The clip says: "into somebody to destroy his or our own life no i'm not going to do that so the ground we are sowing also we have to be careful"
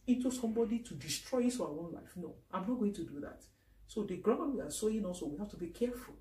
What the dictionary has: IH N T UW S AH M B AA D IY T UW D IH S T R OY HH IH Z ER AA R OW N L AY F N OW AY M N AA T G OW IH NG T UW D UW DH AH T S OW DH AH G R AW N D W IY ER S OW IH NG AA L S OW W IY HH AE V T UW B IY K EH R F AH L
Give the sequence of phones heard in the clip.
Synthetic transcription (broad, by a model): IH N T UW S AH M B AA D IY T UW D IH S T R OY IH S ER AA OW N L AY F N OW AY M N AA T G OW IH NG T UW D UW DH AH T S OW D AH G R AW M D W IY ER S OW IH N AA L S OW W IY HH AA F T UW B IY K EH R F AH L